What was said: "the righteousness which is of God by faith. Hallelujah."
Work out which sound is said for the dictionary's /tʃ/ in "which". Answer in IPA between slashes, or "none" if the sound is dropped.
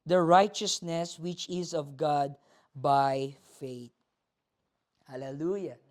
/tʃ/